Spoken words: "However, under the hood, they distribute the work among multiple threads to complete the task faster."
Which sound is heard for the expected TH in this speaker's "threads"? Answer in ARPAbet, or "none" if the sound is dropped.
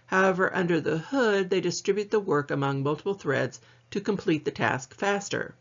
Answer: TH